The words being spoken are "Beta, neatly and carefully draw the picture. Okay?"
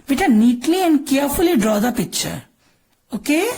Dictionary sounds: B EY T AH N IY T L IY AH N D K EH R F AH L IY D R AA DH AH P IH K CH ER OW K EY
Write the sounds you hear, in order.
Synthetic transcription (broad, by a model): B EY T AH N IY T L IY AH N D K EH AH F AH L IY D R AA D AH P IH CH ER OW K EY